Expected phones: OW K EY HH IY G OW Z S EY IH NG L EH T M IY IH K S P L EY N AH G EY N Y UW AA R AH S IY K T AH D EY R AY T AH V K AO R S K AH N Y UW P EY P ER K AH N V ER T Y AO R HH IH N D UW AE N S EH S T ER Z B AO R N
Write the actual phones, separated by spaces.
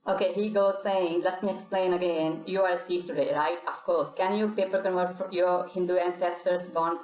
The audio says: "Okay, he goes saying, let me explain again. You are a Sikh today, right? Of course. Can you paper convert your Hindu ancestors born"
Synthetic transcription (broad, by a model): OW K EY HH IY G OW Z S EY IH NG L EH T M IY IH K S P L EY N AH G EY N Y UW AA R S IY K T AH D EY R AY T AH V K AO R S K AH N Y UW P EY P ER K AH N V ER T Y AO R HH IH N D UW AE N S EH S T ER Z B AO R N